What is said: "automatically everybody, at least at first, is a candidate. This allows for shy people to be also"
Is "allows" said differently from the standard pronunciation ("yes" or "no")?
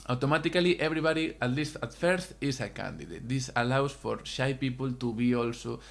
yes